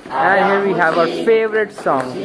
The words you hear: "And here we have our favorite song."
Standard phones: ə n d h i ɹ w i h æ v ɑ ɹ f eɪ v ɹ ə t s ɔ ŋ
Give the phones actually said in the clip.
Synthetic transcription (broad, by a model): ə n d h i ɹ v i h æ v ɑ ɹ f eɪ v ɹ ə t s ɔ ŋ